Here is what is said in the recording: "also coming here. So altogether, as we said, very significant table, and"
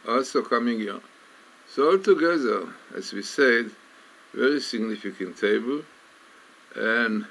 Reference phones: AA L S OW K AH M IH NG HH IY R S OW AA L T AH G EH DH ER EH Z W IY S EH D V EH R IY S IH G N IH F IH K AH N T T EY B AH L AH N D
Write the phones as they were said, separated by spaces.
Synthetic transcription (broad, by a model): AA L S OW K AH M IH NG HH IY R S OW AA L T AH G EH DH ER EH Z W IY S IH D V EH R IY S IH G N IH F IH K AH N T T EY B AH L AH N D